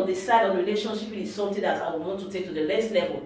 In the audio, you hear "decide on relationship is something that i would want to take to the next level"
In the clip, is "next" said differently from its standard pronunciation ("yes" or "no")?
yes